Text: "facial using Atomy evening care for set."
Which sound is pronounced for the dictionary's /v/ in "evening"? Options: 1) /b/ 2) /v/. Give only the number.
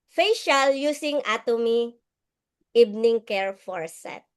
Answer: 1